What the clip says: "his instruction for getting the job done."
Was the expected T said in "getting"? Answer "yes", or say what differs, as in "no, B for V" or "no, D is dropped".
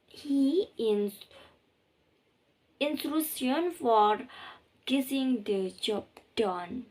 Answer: no, S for T